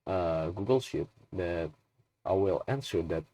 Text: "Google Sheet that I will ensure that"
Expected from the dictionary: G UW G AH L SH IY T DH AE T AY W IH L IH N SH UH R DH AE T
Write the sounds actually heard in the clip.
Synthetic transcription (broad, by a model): G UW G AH L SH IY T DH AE T AY W IH L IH N S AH R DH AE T